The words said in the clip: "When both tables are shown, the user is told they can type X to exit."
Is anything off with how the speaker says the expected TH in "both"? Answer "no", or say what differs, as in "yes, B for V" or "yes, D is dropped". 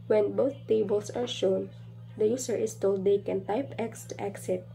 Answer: yes, T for TH